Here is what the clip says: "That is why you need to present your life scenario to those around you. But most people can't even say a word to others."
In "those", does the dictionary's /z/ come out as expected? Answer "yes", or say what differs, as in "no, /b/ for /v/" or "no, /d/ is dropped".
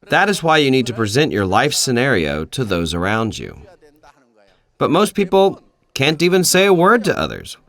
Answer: yes